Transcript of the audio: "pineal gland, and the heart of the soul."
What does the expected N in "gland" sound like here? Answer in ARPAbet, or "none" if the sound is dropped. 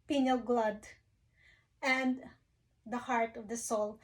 none